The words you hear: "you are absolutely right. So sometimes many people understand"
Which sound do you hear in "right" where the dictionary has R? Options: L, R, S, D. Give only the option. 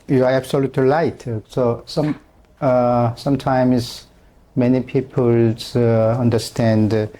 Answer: L